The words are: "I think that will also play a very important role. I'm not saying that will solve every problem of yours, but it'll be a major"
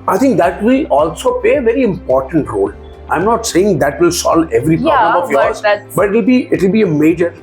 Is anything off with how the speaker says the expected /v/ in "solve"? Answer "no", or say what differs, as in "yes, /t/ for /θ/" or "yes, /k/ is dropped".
yes, /v/ is dropped